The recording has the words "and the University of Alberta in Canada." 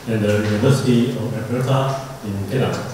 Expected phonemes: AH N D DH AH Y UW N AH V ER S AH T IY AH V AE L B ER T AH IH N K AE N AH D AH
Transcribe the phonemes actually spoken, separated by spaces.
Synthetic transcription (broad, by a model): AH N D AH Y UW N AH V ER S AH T IY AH F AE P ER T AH IH N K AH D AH